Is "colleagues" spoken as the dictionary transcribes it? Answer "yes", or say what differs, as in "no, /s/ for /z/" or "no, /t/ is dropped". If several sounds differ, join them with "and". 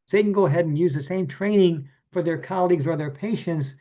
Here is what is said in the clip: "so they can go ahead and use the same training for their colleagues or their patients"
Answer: yes